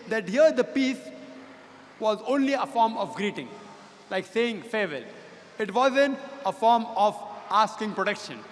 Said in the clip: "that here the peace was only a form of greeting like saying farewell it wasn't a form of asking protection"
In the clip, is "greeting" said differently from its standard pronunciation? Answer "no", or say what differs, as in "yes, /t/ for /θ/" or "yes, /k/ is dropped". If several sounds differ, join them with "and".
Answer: no